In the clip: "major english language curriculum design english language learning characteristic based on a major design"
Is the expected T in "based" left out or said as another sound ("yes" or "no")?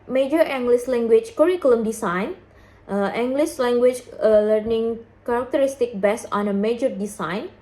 yes